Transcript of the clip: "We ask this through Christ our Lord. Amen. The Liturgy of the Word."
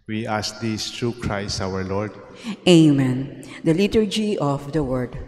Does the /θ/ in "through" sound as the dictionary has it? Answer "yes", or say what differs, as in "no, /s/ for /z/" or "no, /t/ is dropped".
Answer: no, /t/ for /θ/